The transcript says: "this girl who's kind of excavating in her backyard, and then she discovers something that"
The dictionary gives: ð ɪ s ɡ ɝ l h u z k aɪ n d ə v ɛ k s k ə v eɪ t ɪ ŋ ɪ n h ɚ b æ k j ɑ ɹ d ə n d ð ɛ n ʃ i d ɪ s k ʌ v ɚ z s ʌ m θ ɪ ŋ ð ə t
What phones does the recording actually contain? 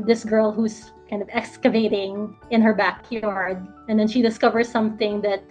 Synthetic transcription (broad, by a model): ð ɪ s ɡ ɝ l h u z k aɪ n d ə v ɛ k s k ə v eɪ t ɪ ŋ ɪ n h ɚ b æ k j ɑ ɹ d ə n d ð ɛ n ʃ i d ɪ s k ʌ v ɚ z s ʌ m θ ɪ ŋ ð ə t